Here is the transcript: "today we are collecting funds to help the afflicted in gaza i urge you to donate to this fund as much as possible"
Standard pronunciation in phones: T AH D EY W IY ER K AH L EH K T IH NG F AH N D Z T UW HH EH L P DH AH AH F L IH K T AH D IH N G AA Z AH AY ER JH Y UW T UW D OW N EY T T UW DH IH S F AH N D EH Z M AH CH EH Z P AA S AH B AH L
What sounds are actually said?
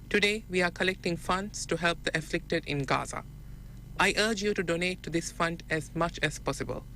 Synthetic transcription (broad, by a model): T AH D EY W IY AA K AH L EH K T IH NG F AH N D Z T UW HH EH L P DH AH AH F L IH K T AH D IH N G AA Z AH AY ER JH Y UW T UW D OW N EY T T UW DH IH S F AH N D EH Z M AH CH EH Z P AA S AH B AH L